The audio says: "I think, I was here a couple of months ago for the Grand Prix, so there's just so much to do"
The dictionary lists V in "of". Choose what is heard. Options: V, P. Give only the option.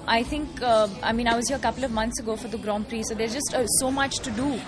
V